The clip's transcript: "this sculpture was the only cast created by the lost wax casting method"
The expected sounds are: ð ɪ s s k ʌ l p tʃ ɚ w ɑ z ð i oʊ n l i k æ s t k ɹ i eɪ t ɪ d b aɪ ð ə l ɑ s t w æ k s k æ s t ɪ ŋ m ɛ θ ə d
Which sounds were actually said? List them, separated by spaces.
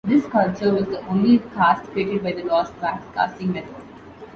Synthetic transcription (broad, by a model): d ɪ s s k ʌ l tʃ ɚ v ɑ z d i oʊ n l i k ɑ s t k ɹ i eɪ t ɪ d b aɪ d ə l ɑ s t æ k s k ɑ s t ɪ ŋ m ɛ t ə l